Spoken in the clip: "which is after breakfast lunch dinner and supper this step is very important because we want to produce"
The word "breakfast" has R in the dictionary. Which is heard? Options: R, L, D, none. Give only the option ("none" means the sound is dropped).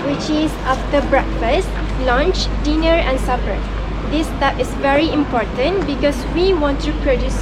R